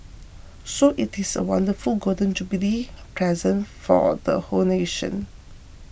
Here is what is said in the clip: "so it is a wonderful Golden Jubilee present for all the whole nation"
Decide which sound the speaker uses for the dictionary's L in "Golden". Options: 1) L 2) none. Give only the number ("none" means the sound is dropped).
2